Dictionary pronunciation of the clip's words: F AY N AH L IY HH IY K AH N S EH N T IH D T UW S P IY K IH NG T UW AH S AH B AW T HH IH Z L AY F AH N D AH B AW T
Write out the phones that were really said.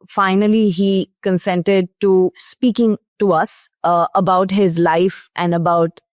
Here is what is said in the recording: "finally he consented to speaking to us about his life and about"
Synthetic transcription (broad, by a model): F AY N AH L IY HH IY K AH N S EH N T IH D T UW S P IY K IH NG T UW AH S AH B AW T HH IH Z L AY F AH N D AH B AW T